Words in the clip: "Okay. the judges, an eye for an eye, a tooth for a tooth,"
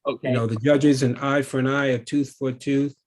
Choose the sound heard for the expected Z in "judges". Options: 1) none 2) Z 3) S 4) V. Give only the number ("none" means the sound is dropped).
2